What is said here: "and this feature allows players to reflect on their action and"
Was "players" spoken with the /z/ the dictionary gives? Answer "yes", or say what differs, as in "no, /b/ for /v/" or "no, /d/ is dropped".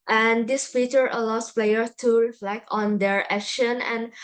no, /z/ is dropped